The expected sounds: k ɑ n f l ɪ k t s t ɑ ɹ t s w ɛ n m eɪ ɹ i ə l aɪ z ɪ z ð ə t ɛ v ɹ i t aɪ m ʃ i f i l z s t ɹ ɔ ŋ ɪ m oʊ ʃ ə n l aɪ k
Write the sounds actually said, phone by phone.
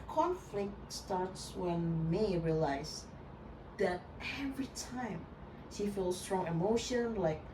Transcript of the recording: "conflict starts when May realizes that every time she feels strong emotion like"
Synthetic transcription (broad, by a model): k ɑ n f l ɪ k t s t ɑ ɹ t s w ɛ n m eɪ ɹ i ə l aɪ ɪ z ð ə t ɛ v ɹ i t aɪ m ʃ i f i l s t ɹ ɔ ŋ ɪ m oʊ ʃ ə n l aɪ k